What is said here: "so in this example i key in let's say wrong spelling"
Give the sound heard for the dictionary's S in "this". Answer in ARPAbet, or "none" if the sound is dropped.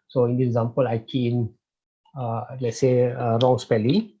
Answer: none